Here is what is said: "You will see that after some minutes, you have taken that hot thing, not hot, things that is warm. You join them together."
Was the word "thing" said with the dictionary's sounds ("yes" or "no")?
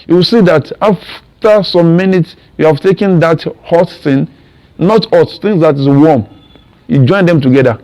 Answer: no